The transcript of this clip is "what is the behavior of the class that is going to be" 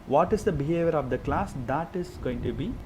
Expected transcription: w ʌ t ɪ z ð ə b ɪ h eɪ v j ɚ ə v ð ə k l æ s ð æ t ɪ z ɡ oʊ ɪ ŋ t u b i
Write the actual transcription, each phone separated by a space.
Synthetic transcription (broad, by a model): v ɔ t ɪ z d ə b ɪ h eɪ v j ɚ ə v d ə k l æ s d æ t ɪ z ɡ oʊ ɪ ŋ t u b i